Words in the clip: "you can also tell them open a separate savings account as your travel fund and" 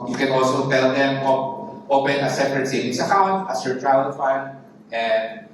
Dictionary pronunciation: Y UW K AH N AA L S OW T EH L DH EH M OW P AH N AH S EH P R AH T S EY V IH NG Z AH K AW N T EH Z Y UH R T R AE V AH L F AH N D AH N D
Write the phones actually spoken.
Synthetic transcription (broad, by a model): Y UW K AH N AA L S OW T EH L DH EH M OW P AH N AH S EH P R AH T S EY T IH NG S AH K AW N T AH S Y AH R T R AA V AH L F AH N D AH N D